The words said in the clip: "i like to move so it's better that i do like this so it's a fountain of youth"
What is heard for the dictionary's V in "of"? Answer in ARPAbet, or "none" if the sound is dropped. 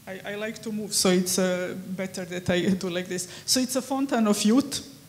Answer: F